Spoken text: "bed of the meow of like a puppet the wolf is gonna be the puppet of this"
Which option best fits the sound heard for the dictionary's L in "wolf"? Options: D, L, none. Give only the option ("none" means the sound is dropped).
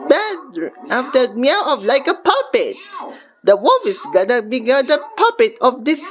none